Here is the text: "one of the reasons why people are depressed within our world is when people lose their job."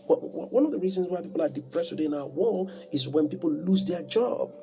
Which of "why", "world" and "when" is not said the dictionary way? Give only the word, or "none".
world